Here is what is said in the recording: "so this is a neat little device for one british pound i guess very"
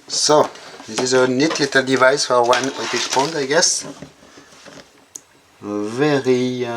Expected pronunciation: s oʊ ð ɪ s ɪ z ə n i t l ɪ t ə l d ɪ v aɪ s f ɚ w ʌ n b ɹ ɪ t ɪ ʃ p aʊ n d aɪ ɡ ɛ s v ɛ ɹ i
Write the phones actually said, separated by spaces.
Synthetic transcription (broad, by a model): s oʊ ð ɪ s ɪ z ə n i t l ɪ t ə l d ɪ v aɪ s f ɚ w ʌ n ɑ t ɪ s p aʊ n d aɪ ɡ ɛ s v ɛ ɹ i